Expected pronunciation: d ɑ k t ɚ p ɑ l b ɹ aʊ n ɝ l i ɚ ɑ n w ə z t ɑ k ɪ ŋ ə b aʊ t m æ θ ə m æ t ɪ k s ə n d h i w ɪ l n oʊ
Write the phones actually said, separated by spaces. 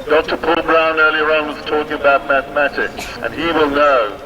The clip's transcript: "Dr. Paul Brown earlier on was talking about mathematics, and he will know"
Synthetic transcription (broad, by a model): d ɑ k t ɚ p ɑ l b ɹ aʊ n ɝ l i ɚ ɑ n w ə z t ɑ k ɪ ŋ ə b aʊ t m æ θ ə m æ t ɪ k s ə n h i w ɪ l n oʊ